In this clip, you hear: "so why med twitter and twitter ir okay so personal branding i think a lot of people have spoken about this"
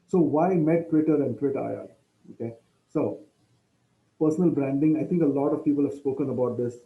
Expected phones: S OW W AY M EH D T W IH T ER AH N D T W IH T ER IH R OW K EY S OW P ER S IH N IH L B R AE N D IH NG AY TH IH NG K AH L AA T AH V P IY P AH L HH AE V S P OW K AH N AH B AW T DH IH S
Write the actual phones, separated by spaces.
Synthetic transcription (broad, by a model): S OW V AY M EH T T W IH T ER AH N D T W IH T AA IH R OW K EY S OW P ER S IH N IH L B R AE N D IH NG AY T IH NG K AH L AA T AH V P IY P AH L HH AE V S P OW K AH N AH B AW T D IH S